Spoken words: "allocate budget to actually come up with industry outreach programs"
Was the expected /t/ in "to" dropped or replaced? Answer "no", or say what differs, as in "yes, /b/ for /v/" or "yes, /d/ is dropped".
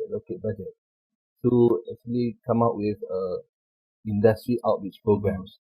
yes, /s/ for /t/